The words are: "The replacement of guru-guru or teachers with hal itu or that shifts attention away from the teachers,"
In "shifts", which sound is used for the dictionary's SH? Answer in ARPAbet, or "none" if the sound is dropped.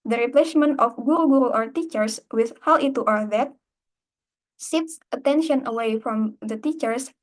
S